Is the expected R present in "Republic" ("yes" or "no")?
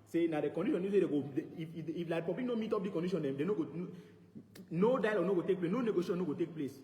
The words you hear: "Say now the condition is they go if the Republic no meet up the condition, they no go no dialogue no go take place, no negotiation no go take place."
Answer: no